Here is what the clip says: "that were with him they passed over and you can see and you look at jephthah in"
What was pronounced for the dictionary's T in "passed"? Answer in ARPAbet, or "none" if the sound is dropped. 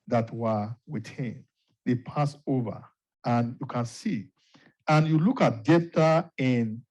none